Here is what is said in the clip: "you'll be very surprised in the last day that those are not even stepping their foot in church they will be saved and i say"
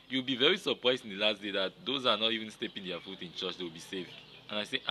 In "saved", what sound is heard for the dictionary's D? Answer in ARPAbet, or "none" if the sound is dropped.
none